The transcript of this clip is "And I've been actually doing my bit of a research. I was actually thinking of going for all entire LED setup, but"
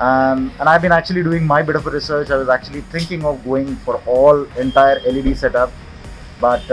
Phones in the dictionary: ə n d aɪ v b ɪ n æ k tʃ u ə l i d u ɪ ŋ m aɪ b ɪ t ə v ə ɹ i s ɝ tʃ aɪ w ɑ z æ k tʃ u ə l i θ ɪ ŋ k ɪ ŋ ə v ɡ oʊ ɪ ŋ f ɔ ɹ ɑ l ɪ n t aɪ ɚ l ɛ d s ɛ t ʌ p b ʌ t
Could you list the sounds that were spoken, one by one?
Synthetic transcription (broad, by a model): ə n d aɪ v b ɪ n æ k tʃ u ə l i d u ɪ ŋ m aɪ b ɪ t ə f ə ɹ i s ɝ tʃ aɪ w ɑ z æ k tʃ u ə l i t ɪ ŋ k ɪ ŋ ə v ɡ oʊ ɪ ŋ f ɔ ɹ ɑ l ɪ n t aɪ ɚ l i d s ɛ t ʌ p b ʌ t